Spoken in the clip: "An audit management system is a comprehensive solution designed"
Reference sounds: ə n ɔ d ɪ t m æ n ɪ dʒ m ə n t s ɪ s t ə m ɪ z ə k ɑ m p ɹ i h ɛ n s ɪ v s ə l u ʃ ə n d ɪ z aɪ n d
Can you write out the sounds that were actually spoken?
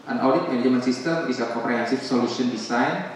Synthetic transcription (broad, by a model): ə n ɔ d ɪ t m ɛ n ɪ m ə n s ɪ s t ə m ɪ s ə k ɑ m p ɹ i h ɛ n s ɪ f s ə l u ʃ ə n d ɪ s aɪ n